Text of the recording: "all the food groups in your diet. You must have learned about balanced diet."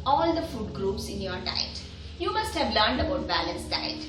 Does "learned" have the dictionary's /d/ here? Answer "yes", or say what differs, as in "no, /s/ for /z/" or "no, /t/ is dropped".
yes